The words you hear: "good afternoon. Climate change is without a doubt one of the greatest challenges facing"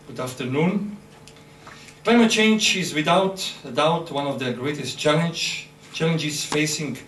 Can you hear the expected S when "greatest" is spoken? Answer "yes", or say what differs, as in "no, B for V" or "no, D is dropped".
yes